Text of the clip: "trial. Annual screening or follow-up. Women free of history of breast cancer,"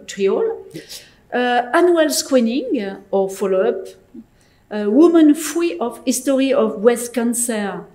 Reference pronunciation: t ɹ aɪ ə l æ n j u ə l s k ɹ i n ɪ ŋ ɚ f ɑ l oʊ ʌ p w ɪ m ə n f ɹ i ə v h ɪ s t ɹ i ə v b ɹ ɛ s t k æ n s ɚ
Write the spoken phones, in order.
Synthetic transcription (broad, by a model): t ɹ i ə l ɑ n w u l s k w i n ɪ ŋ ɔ f ɑ l oʊ ʌ p w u m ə n f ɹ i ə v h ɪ s t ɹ i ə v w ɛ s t k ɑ n s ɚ